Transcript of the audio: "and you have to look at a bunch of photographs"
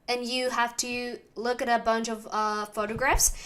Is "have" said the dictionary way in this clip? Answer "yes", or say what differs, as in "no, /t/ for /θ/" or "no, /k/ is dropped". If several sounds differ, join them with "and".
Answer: no, /f/ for /v/